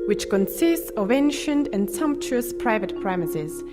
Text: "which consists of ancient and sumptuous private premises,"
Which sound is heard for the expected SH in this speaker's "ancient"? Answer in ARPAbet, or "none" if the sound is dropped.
SH